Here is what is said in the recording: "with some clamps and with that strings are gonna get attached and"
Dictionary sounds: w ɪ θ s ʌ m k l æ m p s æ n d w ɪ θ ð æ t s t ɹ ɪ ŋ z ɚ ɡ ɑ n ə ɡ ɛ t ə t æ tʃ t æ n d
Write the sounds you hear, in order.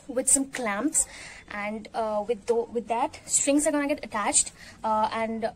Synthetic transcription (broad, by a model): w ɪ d s ʌ m k l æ m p s æ n d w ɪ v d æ t s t ɹ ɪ ŋ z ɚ ɡ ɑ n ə ɡ ɛ t ə t æ tʃ t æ n d